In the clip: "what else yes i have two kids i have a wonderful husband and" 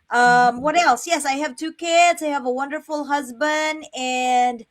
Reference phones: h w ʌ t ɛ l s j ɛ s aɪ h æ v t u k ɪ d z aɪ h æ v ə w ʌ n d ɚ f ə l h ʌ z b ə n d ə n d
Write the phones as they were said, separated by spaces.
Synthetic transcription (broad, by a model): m w ʌ t ɛ l s j ɛ s aɪ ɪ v t u k ɪ d z aɪ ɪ v ə w ʌ n d ɚ f l h ʌ z b ə n d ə n